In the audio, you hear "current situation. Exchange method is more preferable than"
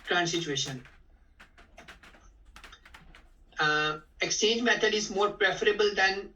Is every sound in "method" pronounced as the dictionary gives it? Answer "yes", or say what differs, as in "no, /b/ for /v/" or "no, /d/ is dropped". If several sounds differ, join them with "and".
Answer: no, /t/ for /θ/